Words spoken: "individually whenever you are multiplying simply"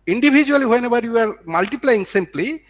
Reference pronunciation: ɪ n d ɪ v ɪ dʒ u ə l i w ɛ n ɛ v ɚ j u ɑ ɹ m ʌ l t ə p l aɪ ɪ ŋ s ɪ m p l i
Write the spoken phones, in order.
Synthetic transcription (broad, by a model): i n d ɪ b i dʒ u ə l i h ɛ n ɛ b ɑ j u ɑ ɹ m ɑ l t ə p l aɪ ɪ ŋ s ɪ m p l i